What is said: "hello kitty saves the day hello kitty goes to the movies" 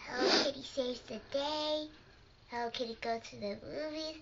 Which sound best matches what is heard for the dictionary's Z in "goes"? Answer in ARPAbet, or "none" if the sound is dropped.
none